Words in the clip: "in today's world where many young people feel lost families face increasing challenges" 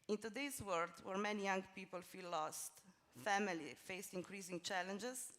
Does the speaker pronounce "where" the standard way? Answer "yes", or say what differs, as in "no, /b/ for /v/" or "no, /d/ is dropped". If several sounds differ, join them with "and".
yes